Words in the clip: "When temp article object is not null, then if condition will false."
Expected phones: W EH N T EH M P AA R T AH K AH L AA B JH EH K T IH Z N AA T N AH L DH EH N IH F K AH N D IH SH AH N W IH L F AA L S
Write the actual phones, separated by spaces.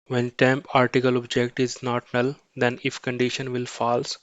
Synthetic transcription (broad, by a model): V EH N T EH M P AA R T AH K AH L AA B JH EH K T IH Z N AA T N AH L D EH N IH F K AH N D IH SH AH N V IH L F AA L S